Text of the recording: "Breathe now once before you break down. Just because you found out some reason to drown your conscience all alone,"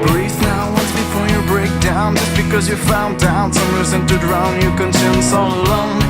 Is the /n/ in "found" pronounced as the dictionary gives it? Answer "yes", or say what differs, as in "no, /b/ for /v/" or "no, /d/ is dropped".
yes